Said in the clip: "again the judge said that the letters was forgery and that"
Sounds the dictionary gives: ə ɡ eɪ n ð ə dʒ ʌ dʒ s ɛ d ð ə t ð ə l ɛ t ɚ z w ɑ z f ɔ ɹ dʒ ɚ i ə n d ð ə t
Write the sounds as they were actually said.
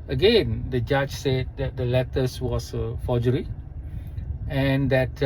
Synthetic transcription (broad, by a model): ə ɡ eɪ n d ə dʒ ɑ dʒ s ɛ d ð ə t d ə l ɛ t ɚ s w ɑ s f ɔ dʒ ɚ i ə n d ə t